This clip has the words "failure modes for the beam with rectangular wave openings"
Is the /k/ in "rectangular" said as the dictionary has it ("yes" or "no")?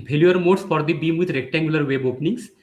yes